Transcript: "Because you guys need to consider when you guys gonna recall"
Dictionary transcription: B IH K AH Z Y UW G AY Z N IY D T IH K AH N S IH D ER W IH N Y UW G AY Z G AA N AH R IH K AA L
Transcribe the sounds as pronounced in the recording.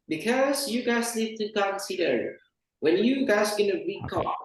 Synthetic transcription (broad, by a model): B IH K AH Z Y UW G AY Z L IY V T IH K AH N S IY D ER W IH N Y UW G AY Z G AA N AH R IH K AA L